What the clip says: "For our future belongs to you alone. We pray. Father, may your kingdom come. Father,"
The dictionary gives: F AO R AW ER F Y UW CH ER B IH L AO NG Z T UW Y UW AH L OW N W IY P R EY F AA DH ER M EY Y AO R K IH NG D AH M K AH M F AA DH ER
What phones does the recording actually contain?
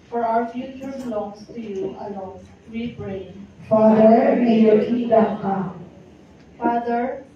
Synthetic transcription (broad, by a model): F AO R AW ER F Y UW CH ER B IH L AO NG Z T UW Y UW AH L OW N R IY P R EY F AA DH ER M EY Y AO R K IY D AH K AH F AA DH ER